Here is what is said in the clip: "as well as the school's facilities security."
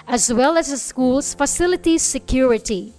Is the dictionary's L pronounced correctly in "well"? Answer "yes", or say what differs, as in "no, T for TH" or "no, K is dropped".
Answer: yes